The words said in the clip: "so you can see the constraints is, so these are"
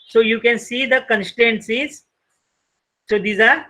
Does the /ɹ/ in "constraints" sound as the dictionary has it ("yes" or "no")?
no